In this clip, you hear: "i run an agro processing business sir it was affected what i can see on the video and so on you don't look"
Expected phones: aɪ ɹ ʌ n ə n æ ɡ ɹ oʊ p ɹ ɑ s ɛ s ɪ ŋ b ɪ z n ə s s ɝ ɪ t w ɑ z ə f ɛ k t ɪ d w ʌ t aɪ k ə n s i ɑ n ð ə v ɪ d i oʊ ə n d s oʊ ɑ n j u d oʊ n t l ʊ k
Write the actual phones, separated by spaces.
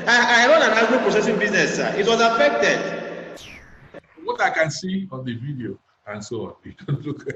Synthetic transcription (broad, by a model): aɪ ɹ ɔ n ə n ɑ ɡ oʊ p ɹ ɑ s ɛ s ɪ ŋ b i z n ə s s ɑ ɪ t w ɑ z ə f ɛ k t ɪ d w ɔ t aɪ k ə n s i ɑ n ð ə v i d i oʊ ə n s oʊ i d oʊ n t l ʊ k